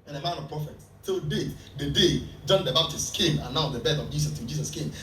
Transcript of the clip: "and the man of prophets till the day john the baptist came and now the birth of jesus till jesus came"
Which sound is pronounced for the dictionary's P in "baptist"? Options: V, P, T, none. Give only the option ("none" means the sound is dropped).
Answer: none